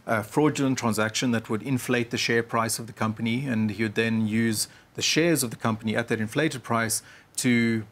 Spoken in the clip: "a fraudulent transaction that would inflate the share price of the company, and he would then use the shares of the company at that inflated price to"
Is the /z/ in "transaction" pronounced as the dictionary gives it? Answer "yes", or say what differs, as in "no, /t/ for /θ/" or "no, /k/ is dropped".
yes